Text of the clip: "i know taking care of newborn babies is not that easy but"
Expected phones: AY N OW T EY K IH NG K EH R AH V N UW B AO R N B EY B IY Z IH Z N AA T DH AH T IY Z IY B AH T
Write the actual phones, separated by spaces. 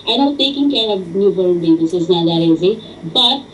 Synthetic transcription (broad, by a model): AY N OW T EY K IH NG K EH R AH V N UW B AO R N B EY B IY S IH Z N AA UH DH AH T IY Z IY B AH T